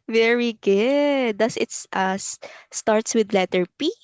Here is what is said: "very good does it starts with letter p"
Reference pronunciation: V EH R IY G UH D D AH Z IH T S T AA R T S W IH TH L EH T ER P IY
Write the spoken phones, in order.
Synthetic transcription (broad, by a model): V EH R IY G UH D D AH S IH T S T AA R T S W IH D L EH T ER P IY